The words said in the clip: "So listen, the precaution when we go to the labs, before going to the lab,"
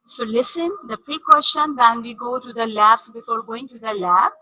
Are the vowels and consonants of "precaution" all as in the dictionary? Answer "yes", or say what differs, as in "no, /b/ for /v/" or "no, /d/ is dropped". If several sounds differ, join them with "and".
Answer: no, /s/ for /ʃ/